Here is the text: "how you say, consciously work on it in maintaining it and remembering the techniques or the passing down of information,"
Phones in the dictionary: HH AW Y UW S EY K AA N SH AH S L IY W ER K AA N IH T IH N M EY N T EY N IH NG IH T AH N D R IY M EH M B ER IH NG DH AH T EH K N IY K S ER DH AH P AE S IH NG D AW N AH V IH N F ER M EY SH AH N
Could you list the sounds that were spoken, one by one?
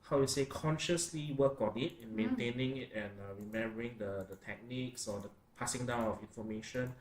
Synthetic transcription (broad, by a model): HH AW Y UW S EY K AA N SH AH S L IY W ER K AA N IH T IH N M EY N T EY N IH NG IH T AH N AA R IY M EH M B ER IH NG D AH T EH K N IY K S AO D AH P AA S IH NG D AW N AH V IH N F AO M EY SH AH N